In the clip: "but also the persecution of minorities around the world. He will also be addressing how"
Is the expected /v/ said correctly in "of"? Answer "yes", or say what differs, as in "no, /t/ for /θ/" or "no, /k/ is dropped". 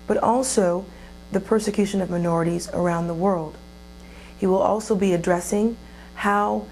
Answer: yes